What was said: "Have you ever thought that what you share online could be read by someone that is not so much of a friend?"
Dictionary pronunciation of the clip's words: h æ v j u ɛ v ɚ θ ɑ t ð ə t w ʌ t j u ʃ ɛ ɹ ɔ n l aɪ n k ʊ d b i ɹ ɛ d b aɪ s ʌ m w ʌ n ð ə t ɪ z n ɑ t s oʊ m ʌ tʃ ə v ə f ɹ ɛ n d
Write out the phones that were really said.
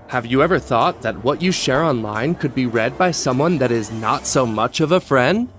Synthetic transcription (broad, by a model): h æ v j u ɛ v ɚ θ ɑ t ð ə t w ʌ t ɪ ʃ ɛ ɹ ɔ n l aɪ n k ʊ d b i ɹ ɛ d b aɪ s ʌ m w ʌ n ð ə t ɪ z n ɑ t s oʊ m ʌ tʃ ə v ə f ɹ ɛ n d